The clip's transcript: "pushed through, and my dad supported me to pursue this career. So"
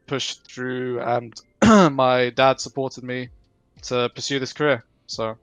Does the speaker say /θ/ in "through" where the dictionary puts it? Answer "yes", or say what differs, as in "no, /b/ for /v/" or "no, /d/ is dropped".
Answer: yes